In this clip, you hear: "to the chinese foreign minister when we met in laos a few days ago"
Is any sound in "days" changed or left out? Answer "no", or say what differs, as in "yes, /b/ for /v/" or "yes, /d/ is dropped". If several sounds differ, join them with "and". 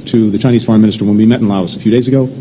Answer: no